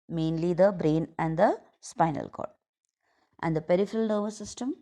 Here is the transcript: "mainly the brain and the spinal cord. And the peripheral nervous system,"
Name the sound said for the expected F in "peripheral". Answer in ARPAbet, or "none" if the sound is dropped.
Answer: F